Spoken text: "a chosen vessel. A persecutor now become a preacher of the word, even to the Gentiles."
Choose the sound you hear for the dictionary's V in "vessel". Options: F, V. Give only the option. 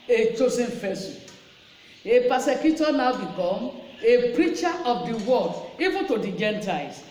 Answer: F